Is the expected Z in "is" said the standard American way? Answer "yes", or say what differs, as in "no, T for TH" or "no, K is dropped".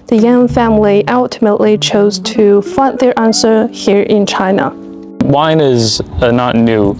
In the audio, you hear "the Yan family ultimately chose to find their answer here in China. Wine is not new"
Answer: yes